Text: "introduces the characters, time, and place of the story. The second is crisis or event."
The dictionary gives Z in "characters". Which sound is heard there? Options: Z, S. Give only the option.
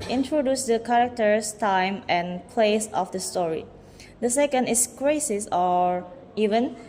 S